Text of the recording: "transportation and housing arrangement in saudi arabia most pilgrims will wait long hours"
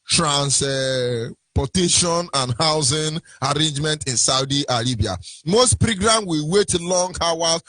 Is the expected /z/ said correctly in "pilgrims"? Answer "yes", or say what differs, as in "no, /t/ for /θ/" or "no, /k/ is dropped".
no, /z/ is dropped